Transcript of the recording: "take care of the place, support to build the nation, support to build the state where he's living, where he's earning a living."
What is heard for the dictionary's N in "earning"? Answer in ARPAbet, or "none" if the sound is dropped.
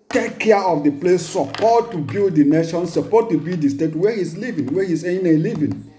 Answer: none